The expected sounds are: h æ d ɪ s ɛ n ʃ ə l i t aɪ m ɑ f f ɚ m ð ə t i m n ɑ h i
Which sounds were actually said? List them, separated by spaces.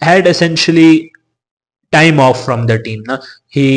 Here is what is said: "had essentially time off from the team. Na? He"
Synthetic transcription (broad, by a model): h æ d ɪ s ɛ n ʃ ə l i t aɪ m ɑ f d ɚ m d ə t i m n ɑ h i